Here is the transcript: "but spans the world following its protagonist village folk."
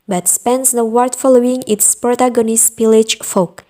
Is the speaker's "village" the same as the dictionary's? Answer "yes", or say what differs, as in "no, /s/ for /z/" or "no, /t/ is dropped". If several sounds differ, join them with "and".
no, /p/ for /v/